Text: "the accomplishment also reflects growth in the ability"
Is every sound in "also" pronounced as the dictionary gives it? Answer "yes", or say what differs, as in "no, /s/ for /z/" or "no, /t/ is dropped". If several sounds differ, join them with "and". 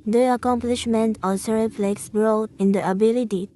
no, /l/ is dropped